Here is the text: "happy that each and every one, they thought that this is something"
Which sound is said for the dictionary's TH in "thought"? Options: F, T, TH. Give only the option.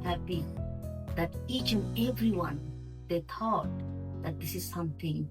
T